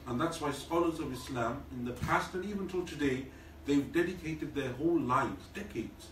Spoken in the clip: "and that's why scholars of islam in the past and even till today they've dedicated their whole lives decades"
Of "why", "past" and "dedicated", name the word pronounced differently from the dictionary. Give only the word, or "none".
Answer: none